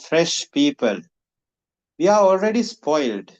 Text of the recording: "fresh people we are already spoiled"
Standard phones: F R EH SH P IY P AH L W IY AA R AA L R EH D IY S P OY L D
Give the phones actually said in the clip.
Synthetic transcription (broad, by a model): F R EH SH P IY P AH L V IY AA R AA L R EH D IY S P OY L D